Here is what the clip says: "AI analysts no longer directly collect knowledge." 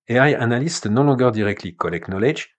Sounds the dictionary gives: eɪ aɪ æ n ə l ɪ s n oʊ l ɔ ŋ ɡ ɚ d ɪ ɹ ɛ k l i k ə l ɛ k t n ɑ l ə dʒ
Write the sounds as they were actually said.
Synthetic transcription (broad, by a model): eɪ aɪ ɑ n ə l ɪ s n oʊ l ɔ ɡ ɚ d ɪ ɹ ɛ k l i k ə l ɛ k n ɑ l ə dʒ